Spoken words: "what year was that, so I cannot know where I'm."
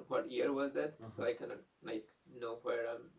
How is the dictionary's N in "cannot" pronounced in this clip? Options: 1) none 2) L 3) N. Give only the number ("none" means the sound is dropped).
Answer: 2